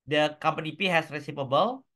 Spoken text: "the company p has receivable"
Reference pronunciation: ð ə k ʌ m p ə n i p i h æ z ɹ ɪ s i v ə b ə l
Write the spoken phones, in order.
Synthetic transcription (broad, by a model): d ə k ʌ m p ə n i p i h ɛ s ɹ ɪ s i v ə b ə l